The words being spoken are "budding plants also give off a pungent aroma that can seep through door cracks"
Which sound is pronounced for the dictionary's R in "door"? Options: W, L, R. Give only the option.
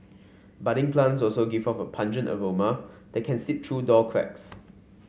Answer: L